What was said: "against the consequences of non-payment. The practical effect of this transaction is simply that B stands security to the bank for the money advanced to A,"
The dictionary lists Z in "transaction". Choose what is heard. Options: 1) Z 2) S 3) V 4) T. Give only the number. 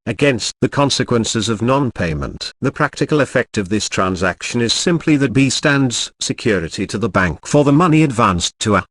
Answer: 1